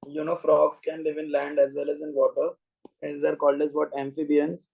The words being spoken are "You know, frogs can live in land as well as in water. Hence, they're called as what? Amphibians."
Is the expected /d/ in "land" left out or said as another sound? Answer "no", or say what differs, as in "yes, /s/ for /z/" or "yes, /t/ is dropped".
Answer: no